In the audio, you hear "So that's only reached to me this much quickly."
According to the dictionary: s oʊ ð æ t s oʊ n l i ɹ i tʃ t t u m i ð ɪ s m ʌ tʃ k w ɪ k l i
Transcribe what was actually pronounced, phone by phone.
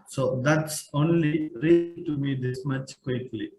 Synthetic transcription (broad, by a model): s oʊ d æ t s oʊ n l i ɹ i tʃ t t u m i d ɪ s m ʌ tʃ k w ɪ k l i